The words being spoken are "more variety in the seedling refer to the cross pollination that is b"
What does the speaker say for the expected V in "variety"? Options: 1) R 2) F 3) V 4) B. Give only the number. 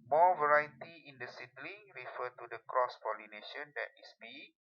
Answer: 3